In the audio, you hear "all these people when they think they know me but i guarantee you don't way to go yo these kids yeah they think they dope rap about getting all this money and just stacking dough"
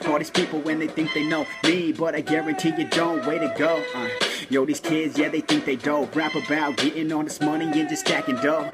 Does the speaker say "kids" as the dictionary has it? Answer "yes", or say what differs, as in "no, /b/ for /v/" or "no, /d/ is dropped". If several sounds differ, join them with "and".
yes